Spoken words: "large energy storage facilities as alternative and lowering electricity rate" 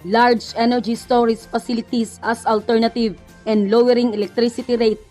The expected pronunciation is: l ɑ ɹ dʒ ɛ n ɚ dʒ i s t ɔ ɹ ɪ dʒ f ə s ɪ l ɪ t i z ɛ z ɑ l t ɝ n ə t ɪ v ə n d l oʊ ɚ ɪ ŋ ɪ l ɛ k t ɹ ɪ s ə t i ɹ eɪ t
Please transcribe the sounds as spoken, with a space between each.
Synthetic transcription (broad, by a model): l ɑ ɹ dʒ ɛ n ɚ dʒ i s t ɔ ɹ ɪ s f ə s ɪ l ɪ t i s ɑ s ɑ l t ɝ n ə t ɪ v ə n d l oʊ ɚ ɪ ŋ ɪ l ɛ k t ɹ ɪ s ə t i ɹ eɪ t